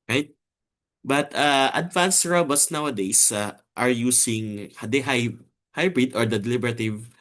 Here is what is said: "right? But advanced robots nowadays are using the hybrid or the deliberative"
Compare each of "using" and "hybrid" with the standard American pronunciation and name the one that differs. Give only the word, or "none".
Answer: using